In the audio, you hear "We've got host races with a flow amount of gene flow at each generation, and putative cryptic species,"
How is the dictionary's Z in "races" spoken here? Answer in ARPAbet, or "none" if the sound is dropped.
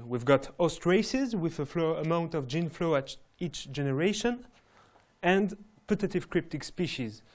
Z